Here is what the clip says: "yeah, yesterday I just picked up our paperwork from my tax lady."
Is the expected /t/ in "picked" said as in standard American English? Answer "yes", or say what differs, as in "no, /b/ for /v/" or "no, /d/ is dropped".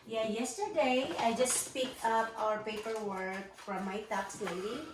no, /t/ is dropped